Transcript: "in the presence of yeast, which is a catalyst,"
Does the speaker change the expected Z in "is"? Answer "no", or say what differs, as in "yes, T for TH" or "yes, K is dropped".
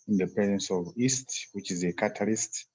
no